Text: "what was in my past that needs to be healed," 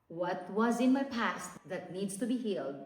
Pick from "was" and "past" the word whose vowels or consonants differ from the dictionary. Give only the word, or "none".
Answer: none